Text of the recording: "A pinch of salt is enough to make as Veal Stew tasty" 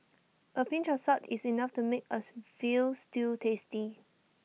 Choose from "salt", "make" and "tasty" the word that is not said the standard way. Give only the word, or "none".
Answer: salt